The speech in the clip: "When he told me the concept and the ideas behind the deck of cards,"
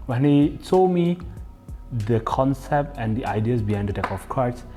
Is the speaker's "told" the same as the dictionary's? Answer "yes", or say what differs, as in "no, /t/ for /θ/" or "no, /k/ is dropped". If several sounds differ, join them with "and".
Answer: no, /s/ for /t/